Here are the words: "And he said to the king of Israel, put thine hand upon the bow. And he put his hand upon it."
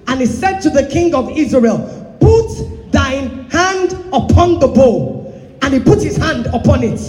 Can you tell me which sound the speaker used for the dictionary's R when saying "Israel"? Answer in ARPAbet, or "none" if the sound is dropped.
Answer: R